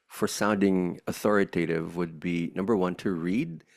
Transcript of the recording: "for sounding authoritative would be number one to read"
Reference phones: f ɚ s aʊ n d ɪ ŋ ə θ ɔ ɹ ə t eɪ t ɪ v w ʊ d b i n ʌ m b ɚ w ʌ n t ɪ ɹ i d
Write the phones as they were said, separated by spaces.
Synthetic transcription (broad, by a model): f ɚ s aʊ n d ɪ ŋ ə θ ɔ ɹ ə t eɪ t ɪ v w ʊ d b i n ʌ m b ɚ w ʌ n t ɪ ɹ i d